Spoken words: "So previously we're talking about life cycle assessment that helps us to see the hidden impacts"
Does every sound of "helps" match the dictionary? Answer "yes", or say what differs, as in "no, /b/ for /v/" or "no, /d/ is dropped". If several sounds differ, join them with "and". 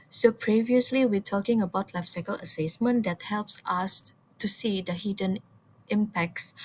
yes